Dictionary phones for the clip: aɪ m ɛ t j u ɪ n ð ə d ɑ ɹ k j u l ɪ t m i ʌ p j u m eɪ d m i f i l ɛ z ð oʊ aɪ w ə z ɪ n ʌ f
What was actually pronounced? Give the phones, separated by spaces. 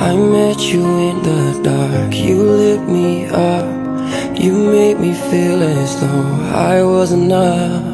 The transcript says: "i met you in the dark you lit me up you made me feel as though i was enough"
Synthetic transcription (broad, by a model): aɪ m ɛ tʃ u ɪ n ð ə d ɑ ɹ k j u l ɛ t m i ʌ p j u m eɪ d m i f i l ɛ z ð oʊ aɪ w ə z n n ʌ